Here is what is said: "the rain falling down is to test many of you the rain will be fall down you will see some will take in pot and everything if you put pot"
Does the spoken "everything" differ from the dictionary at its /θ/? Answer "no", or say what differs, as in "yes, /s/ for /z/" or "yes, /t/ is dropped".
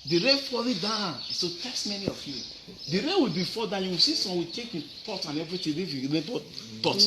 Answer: yes, /t/ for /θ/